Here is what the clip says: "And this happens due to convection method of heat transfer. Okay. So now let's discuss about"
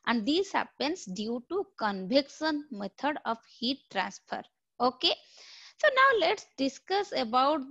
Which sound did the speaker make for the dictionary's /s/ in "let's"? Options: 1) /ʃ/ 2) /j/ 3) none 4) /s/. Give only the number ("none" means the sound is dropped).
4